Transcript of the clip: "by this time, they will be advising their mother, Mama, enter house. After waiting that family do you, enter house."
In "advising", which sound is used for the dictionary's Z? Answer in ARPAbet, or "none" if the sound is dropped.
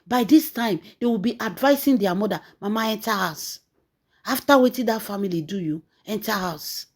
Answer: S